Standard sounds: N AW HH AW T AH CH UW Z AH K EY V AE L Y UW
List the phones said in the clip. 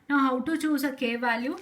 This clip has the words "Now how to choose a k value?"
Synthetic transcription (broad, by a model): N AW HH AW T AH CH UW S AH K EY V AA L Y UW